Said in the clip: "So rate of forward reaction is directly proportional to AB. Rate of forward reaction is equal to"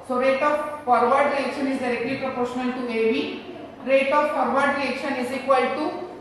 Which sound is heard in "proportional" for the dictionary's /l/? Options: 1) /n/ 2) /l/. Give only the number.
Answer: 1